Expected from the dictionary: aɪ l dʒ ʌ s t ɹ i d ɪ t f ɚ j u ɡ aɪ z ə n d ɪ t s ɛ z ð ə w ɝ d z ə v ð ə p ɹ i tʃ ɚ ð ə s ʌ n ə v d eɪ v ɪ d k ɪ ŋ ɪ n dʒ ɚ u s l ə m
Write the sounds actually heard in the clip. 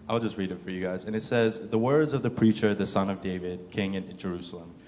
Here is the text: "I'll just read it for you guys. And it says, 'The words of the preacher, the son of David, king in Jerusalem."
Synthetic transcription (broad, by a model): aɪ l dʒ ʌ s t ɹ i d ɪ t f ɚ j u ɡ aɪ z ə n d ɪ t s ɛ z ð ə w ɝ d z ə v ð ə p ɹ i tʃ ɚ ð ə s ʌ n ə v d eɪ v ɪ d k ɪ ŋ ɪ n dʒ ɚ u s l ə m